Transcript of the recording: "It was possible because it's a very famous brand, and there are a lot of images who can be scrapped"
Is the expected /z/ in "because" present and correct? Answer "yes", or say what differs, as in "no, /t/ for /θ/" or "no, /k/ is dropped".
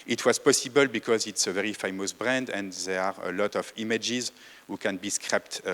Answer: yes